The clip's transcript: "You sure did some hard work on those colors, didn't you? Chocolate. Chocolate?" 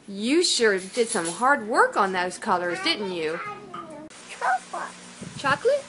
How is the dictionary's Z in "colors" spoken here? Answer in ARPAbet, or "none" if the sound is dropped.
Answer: Z